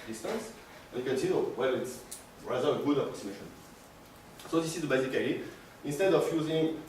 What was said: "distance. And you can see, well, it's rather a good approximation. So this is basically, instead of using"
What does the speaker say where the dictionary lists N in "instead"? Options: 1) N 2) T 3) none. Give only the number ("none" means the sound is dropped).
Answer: 1